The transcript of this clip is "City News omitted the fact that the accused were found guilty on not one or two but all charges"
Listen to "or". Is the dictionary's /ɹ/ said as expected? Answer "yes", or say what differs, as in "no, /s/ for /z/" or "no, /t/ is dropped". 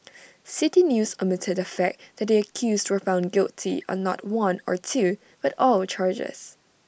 yes